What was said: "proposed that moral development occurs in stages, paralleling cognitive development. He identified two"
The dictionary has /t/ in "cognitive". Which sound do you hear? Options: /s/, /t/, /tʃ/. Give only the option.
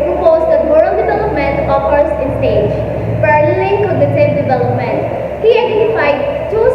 /s/